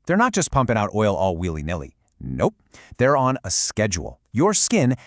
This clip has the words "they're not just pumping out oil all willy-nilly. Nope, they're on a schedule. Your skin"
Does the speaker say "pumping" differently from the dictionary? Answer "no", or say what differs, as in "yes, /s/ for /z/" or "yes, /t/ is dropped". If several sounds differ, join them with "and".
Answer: no